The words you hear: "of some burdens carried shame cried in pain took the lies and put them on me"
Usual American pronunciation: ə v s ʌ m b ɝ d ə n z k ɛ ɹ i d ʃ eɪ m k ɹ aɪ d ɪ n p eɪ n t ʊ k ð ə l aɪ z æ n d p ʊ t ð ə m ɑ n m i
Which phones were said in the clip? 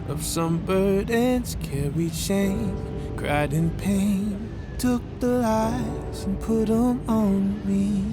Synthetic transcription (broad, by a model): ə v s ʌ m b ɝ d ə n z k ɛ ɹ i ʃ eɪ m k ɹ aɪ d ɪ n p eɪ n t ʊ k ð ə l aɪ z n p ʊ t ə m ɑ n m i